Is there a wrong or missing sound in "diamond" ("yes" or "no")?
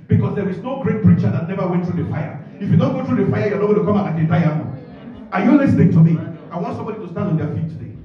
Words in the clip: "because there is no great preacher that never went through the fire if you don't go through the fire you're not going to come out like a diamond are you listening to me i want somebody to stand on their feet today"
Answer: yes